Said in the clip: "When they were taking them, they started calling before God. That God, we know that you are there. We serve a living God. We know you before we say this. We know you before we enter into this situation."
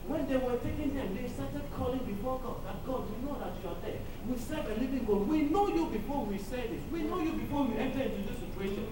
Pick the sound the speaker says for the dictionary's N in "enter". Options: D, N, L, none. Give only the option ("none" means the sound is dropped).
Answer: N